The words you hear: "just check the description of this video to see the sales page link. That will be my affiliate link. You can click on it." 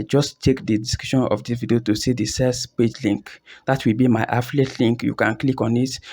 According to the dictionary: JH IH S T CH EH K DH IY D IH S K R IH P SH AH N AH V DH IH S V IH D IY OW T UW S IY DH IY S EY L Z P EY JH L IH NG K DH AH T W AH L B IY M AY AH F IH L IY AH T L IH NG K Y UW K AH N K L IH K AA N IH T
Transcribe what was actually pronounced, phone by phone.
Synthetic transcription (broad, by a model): JH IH S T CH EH K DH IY D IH S K AO SH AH N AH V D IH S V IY D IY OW T UW S IY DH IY S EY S P EY JH L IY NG K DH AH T W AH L B IY M AY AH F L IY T L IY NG K Y UW K AH N K L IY K AA N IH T